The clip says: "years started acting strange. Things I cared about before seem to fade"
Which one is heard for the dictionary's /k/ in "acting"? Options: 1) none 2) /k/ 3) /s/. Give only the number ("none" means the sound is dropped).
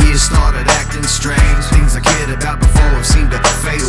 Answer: 2